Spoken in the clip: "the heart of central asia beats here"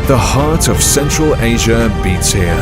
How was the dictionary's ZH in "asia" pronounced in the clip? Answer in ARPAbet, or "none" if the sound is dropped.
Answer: ZH